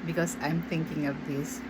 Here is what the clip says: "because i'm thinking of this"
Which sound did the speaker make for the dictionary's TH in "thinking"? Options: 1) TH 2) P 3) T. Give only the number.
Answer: 3